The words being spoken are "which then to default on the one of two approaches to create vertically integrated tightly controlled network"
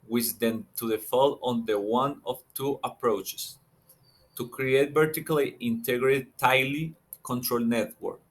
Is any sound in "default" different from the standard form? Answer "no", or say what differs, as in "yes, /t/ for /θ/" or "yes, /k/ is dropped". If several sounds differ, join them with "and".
yes, /t/ is dropped